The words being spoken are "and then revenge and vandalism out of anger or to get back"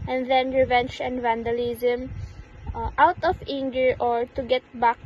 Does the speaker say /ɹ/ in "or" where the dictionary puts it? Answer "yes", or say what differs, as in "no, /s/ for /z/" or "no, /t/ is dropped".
yes